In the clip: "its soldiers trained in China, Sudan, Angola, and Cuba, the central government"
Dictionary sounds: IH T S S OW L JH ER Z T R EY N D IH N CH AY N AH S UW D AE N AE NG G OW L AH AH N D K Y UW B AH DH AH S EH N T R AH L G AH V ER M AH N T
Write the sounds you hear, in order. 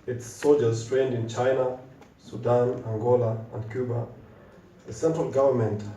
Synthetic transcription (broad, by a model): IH T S S OW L JH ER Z T R EY N D IH N CH AY N AH S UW D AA N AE NG G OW L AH AH N D K Y UW B AH DH AH S EH N T R AH L G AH V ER M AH N T